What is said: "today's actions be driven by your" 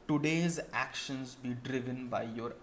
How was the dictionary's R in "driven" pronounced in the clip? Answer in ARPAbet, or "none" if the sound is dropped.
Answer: R